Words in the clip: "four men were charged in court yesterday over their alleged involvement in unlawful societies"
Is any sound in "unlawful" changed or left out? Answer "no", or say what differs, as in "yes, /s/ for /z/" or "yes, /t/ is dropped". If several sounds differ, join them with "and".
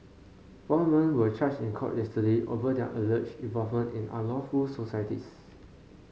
yes, /n/ is dropped